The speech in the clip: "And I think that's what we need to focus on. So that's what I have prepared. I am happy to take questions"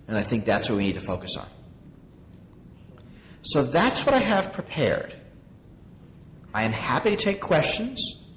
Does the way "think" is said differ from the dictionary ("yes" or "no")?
no